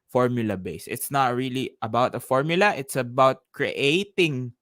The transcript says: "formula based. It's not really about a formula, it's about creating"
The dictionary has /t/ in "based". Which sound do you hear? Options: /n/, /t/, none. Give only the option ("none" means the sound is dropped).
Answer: none